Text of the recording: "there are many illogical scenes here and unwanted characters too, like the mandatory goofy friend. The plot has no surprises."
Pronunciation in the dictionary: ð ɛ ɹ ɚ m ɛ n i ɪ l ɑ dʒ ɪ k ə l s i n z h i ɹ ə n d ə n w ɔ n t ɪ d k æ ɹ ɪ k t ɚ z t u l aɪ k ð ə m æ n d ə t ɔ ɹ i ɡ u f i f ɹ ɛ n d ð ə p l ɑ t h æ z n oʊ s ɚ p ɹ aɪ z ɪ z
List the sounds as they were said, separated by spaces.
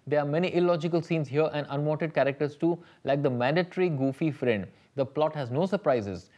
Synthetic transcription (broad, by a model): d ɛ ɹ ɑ m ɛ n i ɪ l ɑ dʒ ɪ k ə l s i n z h i ɹ ə n d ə n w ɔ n t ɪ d k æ ɹ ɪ k t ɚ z t u l aɪ k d ə m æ n d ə t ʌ ɹ i ɡ u f i f ɹ ɛ n d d ə p l ɑ t h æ z n oʊ s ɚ p ɹ aɪ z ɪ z